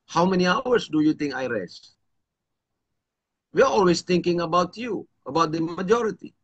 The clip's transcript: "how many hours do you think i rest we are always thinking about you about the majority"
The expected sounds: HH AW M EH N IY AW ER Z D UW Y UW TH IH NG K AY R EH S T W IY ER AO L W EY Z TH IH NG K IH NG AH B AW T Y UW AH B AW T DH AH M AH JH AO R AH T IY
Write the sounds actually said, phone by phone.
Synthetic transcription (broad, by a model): HH AW M EH N IY AW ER S D UW Y UW T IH NG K AY R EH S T W IY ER AO L W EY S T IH NG K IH NG AH B AW T Y UW AH B AW T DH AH M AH JH AO R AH T IY